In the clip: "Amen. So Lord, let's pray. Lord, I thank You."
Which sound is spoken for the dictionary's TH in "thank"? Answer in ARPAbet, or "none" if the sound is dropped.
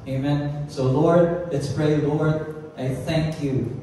TH